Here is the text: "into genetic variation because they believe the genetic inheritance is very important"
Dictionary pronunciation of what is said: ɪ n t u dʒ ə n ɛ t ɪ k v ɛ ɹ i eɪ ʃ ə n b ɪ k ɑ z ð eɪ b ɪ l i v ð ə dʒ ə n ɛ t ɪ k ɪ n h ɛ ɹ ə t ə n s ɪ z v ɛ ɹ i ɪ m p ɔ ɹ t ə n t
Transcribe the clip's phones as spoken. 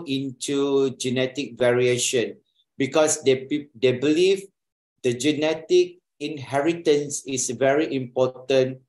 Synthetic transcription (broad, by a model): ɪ n t u dʒ ə n ɛ t ɪ k v ɛ ɹ i eɪ ʃ ə n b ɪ k ɑ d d eɪ b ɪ l i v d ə dʒ ə n ɛ t ɪ k ɪ n h ɛ ɹ ə t ə n s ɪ s v ɛ ɹ i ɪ m p ɔ t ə n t